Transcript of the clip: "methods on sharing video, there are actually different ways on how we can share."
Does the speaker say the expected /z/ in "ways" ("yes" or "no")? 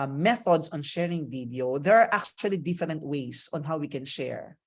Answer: no